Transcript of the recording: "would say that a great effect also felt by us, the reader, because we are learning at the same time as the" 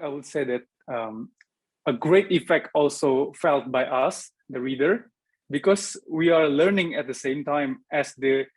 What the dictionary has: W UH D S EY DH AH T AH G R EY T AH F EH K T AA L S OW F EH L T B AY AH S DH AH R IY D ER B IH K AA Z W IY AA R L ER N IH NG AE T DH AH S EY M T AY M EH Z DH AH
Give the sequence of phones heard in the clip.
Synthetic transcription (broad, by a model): W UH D S EY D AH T AH G R EY T AH F EH K T AA L S OW F EH L T B AY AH S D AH R IY D ER B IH K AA S W IY AA R L ER N IH NG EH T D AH S EY M T AY M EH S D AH